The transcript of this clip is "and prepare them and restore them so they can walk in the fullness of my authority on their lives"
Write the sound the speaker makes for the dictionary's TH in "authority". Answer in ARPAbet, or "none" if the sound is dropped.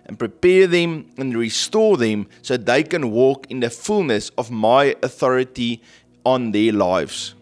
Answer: TH